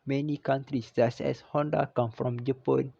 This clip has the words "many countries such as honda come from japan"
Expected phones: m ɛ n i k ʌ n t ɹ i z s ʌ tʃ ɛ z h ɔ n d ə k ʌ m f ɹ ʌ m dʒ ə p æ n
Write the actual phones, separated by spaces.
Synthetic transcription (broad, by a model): m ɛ n i k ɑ n t ɹ i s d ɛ s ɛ s h ɔ n d ə k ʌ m f ɹ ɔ m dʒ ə p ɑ n